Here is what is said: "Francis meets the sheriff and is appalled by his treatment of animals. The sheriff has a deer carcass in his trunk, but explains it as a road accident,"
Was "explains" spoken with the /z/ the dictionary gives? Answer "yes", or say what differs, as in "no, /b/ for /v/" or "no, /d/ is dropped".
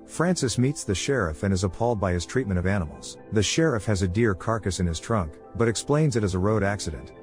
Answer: yes